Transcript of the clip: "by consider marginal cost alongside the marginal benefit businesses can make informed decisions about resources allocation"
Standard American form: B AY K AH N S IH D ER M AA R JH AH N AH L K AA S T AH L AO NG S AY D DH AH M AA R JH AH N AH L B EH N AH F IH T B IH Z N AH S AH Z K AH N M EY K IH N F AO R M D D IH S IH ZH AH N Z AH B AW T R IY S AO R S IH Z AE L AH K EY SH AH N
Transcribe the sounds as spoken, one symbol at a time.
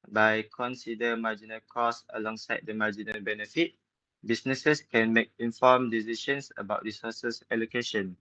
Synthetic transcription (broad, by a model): B AY K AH N S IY D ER M AA JH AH N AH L K AA S AH L AO NG S AY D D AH M AA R JH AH N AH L B EH N AH F IH T B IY S N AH S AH S K AH N M EY K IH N F AO M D D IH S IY SH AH N S AH B AW T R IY S AO S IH S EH L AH K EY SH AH N